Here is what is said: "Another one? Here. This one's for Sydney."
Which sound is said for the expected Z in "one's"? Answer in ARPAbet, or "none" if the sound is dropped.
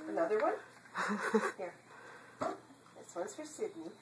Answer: S